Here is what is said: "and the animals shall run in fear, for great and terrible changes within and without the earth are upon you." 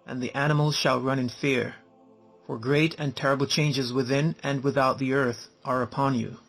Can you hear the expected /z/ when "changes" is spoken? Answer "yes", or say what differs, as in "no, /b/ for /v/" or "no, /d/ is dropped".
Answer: yes